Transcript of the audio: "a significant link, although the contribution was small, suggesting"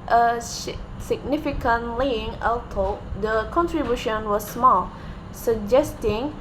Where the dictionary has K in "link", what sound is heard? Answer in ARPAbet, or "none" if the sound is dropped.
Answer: none